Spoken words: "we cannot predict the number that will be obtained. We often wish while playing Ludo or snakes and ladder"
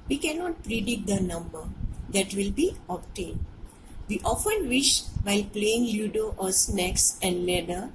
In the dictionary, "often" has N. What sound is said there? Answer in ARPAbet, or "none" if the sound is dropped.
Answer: N